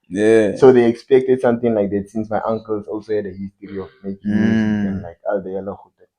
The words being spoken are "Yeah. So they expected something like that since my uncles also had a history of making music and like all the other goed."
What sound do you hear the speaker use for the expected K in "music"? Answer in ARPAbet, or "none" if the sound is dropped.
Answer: none